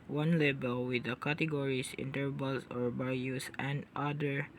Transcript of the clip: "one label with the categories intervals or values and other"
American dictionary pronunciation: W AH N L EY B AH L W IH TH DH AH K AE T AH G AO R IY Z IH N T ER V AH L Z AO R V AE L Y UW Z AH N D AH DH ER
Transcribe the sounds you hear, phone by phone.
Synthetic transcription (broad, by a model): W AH N L EY B AH L W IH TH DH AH K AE T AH G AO R IY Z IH N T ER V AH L S AO R B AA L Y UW S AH N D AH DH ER